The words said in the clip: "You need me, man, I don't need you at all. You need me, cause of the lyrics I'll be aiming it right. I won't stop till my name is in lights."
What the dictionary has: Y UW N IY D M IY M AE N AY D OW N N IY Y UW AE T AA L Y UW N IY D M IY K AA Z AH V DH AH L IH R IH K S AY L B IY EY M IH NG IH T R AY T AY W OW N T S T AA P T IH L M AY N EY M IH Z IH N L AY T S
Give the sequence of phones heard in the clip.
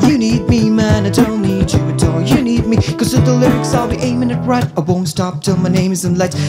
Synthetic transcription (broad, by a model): Y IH N IY D M IY M AE N AY D OW N N IY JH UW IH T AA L Y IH N IY D M IY K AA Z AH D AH L IH R IH K S AY L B IY EY M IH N IH T R AY T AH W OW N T S T AA P T IH L M AY N EY M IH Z IH N L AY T